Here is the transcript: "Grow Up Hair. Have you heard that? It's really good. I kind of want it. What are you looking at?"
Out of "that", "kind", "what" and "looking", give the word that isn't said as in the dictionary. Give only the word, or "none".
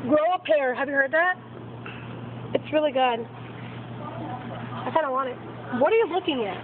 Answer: kind